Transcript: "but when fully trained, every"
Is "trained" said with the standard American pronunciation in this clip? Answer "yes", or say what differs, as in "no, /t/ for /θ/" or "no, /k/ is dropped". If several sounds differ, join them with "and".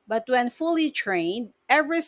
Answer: yes